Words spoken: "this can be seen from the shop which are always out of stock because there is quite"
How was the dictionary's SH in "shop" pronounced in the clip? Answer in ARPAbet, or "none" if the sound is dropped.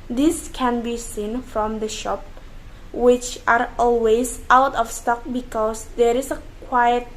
SH